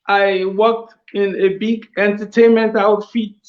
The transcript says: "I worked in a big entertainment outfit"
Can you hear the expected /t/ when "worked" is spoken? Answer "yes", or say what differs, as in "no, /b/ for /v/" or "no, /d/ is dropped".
yes